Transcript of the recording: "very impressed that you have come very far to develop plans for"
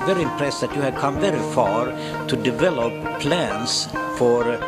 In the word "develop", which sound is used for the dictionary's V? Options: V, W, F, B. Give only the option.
V